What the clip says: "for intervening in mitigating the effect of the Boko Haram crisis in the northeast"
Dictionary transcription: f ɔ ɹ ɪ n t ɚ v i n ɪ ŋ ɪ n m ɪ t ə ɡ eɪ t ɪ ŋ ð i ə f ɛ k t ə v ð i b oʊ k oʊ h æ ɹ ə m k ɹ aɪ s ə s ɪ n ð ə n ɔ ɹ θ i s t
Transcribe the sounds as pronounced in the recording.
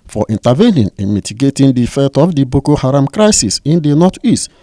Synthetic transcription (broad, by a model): f ɔ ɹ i n t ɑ v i n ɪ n ɪ n m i t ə ɡ eɪ t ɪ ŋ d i f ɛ t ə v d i b oʊ k oʊ h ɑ ɹ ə m k ɹ aɪ s ə s ɪ n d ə n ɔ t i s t